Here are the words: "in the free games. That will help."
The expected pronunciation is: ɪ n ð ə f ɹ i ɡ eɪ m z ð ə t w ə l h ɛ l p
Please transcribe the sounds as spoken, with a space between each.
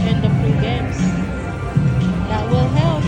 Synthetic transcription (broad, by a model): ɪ n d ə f i ɡ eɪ m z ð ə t w ə l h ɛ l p